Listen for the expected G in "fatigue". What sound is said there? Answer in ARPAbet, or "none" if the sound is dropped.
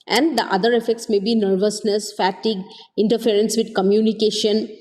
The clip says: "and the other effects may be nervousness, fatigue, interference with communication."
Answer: G